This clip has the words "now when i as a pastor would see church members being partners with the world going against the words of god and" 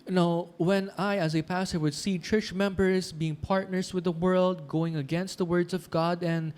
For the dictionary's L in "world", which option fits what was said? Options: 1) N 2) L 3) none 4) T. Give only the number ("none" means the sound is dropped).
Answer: 2